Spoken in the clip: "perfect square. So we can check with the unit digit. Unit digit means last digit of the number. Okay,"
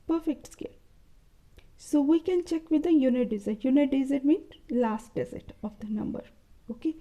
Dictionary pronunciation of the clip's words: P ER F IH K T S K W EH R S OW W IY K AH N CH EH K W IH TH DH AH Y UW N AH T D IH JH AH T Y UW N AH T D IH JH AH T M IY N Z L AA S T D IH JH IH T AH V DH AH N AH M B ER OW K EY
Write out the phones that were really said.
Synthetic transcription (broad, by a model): P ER F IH K T S K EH L S OW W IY K AH N CH EH K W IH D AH Y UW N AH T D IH Z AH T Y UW N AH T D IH Z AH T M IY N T L AA S T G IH Z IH T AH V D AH N AH M B ER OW K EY